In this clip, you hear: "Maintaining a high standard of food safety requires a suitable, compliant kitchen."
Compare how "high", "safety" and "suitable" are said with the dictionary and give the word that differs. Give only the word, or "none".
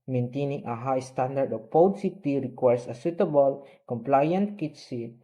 safety